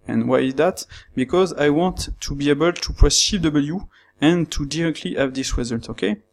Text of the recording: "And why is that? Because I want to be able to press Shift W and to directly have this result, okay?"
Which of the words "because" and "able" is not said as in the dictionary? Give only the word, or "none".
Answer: none